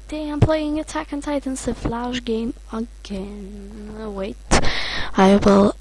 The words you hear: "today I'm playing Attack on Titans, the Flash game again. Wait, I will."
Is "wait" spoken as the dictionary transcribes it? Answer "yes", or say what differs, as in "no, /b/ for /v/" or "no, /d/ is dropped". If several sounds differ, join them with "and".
yes